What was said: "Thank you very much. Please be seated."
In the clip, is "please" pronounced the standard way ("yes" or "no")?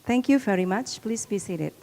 yes